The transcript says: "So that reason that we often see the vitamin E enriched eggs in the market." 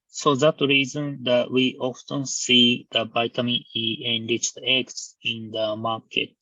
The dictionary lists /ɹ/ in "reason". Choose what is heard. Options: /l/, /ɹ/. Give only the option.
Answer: /ɹ/